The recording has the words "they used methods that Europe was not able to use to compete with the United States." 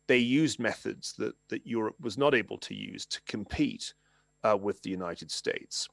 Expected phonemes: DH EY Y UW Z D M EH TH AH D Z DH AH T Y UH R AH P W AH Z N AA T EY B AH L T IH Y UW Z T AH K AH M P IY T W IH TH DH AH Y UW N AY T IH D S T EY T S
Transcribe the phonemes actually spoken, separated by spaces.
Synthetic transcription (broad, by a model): DH EY Y UW Z M EH TH AH D Z DH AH T Y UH R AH P W AH Z N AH T EY B AH L T IH Y UW Z T AH K AH M P IY T W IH DH AH Y UW N AY T IH D S T EY T S